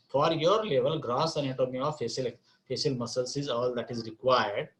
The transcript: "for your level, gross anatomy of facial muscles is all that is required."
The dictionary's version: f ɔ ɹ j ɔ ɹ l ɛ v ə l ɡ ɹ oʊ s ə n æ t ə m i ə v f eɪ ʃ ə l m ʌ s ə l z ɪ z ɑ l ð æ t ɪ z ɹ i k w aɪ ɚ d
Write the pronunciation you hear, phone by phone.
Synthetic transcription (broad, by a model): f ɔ ɹ j ɔ ɹ l ɛ v ə l ɡ ɹ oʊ s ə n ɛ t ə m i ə f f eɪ s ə l m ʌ s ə l s ɪ z ɑ l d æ t ɪ z ɹ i k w aɪ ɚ d